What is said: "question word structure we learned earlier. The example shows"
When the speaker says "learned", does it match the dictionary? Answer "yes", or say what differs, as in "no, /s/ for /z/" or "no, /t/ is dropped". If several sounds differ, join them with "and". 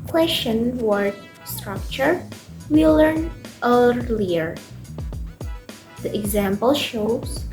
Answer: no, /d/ is dropped